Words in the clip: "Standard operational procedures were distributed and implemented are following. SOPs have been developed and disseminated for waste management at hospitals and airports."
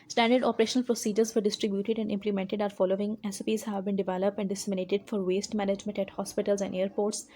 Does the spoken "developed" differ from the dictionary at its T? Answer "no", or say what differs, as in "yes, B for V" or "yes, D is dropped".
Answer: no